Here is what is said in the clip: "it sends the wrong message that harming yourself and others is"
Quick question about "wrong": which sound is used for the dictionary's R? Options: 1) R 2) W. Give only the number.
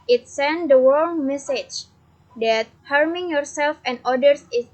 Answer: 2